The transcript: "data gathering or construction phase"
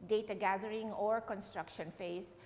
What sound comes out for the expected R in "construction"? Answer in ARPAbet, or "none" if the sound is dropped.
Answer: R